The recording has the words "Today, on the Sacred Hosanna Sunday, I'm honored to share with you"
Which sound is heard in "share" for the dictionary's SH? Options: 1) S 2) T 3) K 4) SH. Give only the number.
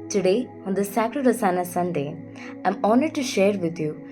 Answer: 4